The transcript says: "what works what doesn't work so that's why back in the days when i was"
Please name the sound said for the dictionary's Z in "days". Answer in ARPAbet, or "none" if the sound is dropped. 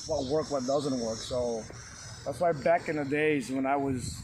Z